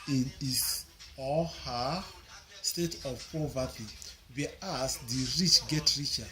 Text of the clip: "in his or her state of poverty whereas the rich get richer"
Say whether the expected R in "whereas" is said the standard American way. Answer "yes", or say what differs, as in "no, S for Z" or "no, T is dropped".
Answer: no, R is dropped